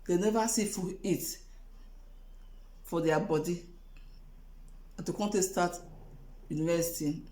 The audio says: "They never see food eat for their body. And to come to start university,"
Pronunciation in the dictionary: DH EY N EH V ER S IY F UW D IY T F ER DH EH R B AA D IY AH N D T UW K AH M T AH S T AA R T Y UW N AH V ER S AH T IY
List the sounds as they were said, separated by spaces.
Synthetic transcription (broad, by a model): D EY N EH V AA S IY F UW IY T F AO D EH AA B AA D IY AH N T UW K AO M T AH S T AA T Y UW N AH V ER S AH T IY